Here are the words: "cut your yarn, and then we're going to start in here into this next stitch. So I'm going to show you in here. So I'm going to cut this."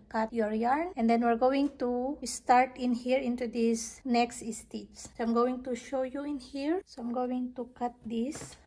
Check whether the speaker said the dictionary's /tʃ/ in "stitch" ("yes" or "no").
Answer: no